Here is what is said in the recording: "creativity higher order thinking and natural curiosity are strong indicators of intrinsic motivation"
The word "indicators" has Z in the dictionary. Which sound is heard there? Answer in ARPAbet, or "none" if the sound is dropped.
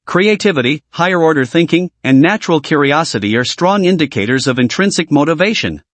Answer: Z